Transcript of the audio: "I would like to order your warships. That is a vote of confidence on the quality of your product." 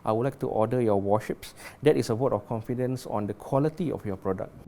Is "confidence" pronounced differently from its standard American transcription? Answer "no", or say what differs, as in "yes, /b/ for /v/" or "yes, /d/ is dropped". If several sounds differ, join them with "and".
no